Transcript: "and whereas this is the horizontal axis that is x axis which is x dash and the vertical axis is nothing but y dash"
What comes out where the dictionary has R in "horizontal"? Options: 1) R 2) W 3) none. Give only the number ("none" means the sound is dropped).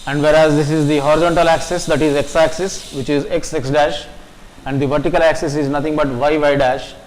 1